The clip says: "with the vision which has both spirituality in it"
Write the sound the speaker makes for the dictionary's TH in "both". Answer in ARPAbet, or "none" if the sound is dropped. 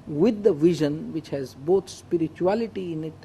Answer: T